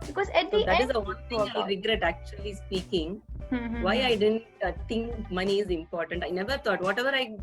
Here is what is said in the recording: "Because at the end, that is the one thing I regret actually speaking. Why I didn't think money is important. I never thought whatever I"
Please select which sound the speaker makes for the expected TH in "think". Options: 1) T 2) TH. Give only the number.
1